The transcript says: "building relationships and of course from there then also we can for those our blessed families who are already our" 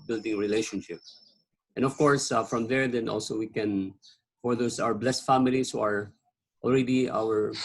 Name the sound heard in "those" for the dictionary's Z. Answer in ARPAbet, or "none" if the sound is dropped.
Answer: S